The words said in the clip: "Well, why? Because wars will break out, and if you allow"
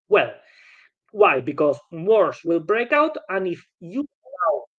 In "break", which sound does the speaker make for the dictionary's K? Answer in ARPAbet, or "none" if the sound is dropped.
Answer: K